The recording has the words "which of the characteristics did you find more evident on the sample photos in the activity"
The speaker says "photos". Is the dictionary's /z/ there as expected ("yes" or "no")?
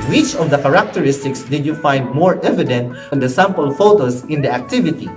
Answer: no